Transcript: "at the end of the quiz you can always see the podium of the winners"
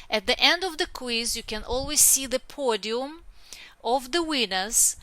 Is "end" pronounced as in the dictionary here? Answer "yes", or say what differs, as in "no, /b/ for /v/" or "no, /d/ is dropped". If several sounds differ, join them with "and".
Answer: yes